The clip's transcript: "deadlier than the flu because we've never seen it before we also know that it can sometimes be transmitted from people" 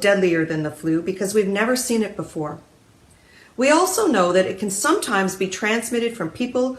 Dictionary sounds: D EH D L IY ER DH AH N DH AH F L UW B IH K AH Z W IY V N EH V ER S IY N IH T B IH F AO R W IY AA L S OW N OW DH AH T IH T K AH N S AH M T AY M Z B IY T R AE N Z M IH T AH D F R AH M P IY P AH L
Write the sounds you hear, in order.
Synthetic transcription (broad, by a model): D EH D L IY ER DH AH N DH AH F L UW B IH K AH Z W IY V N EH V ER S IY N IH T B IH F AO R W IY AA L S OW N OW DH AH T IH T K AH N S AH M T AY M Z B IY T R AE N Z M IH T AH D F R AH M P IY P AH L